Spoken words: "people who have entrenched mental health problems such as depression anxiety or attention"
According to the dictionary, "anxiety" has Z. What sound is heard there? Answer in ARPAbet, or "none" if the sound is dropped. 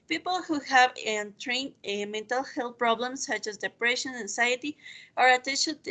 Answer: S